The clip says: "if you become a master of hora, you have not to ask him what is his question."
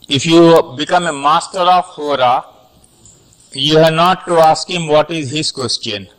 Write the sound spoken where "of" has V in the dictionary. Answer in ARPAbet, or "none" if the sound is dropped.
F